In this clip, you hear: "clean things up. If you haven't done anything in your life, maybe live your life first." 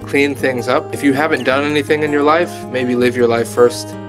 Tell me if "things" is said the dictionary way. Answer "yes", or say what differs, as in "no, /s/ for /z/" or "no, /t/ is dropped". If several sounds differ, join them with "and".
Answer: yes